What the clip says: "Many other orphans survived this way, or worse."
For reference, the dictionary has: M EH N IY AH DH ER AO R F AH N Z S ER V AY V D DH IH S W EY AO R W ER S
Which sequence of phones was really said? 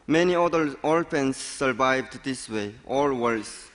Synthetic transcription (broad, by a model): M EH N IY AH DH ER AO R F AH N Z S ER V AY V D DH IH S W EY AO L W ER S